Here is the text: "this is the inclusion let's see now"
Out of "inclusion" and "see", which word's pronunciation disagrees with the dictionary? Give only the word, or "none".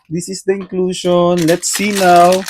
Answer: inclusion